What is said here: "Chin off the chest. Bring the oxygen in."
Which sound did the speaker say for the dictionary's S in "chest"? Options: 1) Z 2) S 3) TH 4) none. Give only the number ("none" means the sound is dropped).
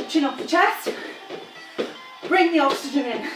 4